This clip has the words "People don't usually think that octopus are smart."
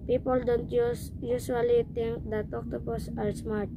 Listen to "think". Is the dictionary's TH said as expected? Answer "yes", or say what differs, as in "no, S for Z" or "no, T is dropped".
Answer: no, T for TH